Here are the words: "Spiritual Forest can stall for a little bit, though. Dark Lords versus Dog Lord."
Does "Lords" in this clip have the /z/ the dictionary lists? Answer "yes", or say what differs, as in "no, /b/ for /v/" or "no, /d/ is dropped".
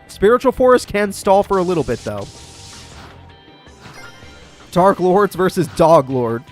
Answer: yes